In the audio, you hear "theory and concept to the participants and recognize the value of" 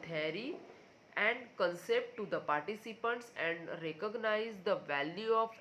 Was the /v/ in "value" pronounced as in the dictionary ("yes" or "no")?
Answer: yes